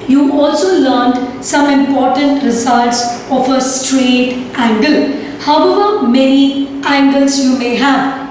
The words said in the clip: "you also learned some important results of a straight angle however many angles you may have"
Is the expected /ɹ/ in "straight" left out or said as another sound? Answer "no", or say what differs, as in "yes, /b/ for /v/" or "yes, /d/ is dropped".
no